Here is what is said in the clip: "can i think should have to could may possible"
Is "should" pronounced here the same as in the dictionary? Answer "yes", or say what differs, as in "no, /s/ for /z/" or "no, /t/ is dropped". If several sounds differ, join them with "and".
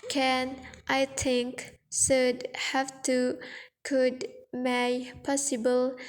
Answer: no, /s/ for /ʃ/